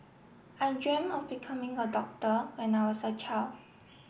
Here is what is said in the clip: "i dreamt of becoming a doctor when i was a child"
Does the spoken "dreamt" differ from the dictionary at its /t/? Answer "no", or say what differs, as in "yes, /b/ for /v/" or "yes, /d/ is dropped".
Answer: yes, /t/ is dropped